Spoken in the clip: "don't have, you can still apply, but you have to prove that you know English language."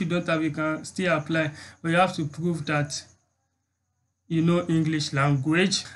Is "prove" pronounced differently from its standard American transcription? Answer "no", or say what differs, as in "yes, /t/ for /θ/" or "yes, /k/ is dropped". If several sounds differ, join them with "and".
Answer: no